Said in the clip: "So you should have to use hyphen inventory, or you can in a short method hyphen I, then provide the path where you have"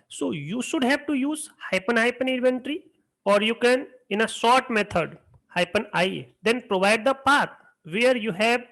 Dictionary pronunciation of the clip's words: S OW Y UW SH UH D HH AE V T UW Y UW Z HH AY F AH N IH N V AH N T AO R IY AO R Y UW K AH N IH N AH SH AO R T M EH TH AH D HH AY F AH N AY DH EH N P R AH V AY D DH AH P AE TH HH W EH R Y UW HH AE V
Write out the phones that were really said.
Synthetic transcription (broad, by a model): S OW Y UW SH UH D HH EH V T UW Y UW Z HH AY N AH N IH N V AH N T R IY AO R Y UW K AH N IH N AH S AO R T M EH T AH D HH AY P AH N AY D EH N P R AH V AY D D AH P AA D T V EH R Y UW HH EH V